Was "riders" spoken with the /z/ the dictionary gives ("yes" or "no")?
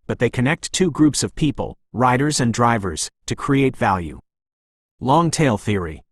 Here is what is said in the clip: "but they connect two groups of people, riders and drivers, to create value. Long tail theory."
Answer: yes